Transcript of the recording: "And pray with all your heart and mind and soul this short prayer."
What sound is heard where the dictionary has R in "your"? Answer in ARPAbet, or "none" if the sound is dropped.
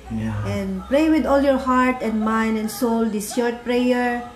R